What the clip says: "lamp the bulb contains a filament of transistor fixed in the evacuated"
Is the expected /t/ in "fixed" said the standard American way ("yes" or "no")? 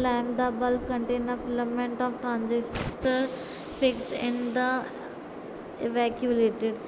no